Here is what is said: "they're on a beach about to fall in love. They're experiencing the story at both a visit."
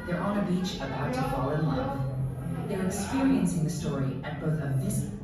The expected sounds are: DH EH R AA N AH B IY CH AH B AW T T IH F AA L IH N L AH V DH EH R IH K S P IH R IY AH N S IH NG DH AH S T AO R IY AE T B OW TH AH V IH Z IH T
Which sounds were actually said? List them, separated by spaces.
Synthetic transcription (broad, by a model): DH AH R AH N AH B IY CH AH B AW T T IH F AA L IH N L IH F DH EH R IH K S P IH R IY AH N S IH NG DH AH S T AO R IY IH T B OW TH AH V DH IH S